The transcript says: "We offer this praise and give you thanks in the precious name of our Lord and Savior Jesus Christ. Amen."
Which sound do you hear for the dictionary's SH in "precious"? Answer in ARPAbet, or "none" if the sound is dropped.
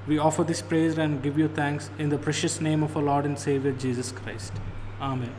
SH